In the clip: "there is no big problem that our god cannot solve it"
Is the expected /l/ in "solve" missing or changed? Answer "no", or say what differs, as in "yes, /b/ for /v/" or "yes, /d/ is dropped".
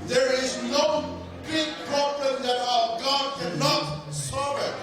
yes, /l/ is dropped